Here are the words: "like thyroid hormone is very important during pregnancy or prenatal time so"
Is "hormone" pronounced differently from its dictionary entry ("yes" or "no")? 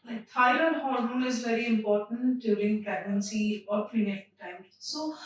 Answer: yes